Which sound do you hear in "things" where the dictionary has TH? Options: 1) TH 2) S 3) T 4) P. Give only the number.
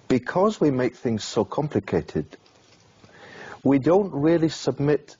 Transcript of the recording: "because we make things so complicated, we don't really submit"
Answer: 1